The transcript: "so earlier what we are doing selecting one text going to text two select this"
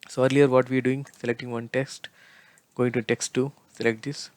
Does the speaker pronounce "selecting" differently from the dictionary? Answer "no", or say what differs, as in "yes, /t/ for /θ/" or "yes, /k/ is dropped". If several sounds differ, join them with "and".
no